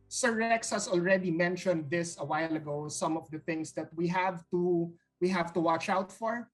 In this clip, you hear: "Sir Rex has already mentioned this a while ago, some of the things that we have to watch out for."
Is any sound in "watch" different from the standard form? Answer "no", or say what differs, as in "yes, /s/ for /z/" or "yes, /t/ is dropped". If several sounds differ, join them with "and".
no